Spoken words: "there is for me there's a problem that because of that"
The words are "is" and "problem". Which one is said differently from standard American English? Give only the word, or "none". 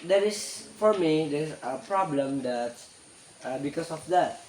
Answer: is